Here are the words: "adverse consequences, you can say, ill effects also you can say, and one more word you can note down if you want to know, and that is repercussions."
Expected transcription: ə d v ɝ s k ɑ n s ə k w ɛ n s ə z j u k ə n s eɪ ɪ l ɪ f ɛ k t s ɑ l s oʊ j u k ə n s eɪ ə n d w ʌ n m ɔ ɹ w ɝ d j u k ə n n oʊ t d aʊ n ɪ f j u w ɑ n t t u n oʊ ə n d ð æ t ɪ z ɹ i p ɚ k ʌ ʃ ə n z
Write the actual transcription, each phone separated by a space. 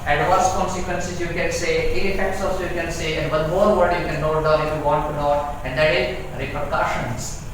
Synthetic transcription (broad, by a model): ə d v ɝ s k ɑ n s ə k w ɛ n s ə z j u k ə n s eɪ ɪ n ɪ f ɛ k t s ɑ s j u k ə n s eɪ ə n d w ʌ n m ɔ ɹ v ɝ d j u k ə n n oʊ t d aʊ ɪ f j u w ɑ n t t u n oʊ ə n d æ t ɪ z ɹ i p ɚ k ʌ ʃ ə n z